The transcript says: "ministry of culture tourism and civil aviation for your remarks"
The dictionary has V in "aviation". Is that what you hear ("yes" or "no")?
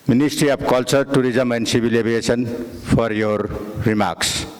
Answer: no